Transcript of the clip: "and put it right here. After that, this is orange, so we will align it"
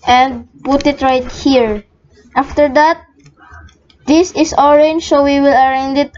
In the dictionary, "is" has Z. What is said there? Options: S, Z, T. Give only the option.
S